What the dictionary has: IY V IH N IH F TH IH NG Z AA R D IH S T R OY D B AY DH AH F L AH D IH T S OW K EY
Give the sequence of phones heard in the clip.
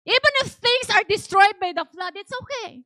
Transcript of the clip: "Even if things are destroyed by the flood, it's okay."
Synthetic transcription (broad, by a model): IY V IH N IH F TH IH NG S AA R D IH S T R OY D B AY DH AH F L AH D IH T S OW K EY